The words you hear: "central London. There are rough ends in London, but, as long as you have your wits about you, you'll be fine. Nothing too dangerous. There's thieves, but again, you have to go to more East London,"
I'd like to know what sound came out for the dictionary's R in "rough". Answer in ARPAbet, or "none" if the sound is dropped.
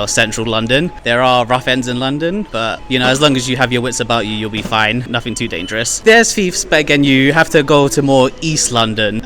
R